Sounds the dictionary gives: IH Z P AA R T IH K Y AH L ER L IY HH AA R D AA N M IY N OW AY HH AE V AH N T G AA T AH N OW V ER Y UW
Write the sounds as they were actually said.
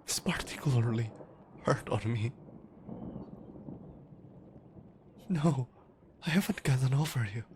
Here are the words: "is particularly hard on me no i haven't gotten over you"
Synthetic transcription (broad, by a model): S P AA R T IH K Y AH ER L IY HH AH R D AA N M IY N OW AY HH AE V AH N T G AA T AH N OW F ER Y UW